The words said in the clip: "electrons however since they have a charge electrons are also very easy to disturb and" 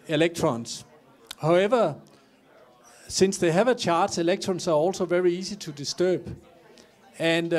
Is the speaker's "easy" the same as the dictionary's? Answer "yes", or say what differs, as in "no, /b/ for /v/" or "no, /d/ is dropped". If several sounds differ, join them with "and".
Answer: no, /s/ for /z/